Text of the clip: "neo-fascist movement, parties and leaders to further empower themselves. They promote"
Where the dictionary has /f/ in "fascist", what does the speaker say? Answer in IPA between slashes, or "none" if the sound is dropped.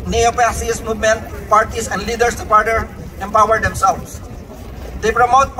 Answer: /p/